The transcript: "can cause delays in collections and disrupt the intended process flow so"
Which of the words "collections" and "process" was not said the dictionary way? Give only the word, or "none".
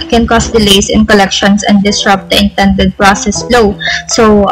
collections